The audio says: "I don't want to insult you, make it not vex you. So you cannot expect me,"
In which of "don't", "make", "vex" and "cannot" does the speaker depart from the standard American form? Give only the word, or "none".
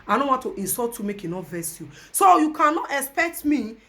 vex